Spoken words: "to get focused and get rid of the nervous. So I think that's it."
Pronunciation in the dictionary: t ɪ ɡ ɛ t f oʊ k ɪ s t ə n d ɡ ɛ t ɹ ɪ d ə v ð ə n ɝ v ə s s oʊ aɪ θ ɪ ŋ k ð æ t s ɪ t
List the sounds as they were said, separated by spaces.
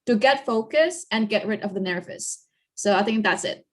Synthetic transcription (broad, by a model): t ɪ ɡ ɛ t f oʊ k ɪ s ə n ɡ ɛ t ɹ ɪ d ə v ð ə n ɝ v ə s s oʊ aɪ θ ɪ ŋ k ð æ t s ɪ t